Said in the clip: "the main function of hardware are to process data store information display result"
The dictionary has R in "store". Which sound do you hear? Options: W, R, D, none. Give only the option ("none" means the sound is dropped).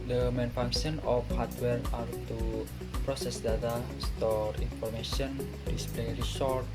R